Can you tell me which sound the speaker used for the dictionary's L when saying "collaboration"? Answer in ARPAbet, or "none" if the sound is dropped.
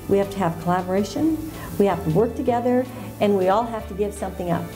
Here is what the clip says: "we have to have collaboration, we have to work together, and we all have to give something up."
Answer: L